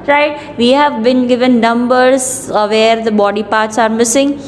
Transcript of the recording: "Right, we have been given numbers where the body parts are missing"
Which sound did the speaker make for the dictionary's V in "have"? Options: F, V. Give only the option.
V